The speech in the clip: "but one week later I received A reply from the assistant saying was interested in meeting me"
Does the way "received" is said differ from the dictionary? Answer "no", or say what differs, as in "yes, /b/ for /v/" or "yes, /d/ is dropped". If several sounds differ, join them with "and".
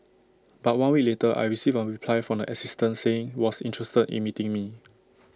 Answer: yes, /d/ is dropped